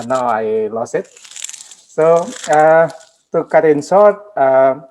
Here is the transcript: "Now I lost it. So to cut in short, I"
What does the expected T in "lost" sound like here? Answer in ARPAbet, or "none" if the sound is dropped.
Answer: none